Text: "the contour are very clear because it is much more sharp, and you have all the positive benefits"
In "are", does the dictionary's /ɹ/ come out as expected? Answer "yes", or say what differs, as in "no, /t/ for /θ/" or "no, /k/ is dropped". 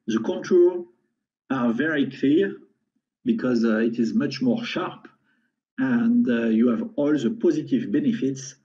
no, /l/ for /ɹ/